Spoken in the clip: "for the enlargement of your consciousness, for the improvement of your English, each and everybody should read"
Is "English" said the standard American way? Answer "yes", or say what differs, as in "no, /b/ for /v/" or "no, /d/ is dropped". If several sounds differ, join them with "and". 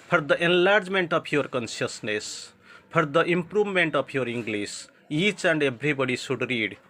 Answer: no, /s/ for /ʃ/